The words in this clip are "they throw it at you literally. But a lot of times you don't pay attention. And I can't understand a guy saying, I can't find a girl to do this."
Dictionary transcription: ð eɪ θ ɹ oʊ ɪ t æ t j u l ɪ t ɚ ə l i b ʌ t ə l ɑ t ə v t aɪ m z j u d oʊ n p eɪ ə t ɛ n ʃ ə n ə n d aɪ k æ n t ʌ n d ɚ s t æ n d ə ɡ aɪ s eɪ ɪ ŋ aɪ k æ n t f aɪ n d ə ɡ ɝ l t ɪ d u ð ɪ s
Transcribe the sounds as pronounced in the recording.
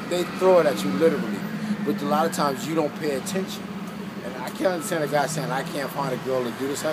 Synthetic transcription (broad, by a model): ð eɪ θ ɹ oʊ ɪ t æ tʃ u l ɪ t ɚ l i b ʌ t ə l ɑ t ə v t aɪ m z j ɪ d oʊ n p eɪ ə t ɛ n ʃ ə n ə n aɪ k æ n ʌ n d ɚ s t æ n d ə ɡ aɪ s eɪ ɪ ŋ aɪ k æ n t f aɪ n d ə ɡ ɝ l t ɪ d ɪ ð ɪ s